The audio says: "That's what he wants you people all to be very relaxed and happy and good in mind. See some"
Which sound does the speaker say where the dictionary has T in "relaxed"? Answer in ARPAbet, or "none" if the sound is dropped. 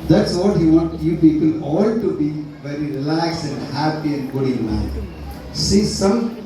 none